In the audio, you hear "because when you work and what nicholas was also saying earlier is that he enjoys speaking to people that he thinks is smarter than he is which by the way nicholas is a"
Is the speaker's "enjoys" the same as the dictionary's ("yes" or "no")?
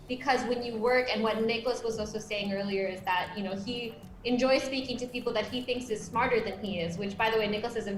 yes